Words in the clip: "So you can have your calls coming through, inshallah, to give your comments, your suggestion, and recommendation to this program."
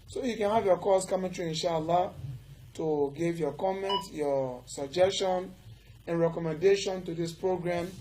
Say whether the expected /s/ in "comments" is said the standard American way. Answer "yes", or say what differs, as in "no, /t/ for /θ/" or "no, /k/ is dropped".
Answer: no, /s/ is dropped